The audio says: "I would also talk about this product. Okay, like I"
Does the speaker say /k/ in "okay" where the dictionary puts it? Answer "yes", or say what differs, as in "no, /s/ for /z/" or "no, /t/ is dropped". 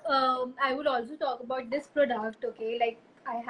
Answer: yes